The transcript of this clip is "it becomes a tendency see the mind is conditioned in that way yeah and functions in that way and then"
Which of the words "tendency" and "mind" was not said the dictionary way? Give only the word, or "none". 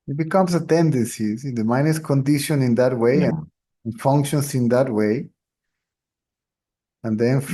mind